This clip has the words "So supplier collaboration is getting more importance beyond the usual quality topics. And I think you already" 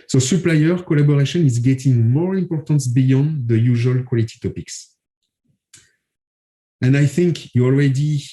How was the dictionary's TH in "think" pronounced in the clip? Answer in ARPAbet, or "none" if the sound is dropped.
TH